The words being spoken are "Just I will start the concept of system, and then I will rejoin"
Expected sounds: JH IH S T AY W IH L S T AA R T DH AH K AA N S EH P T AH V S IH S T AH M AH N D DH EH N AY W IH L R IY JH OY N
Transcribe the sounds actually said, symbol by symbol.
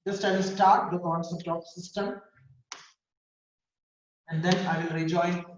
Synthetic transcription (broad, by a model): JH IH S T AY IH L S T AA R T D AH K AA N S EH T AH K S IH S T AH M AH N D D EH N AY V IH L R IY JH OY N